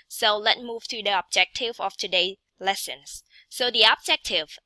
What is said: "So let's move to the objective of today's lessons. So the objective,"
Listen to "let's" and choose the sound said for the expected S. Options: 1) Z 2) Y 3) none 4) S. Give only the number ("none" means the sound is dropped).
3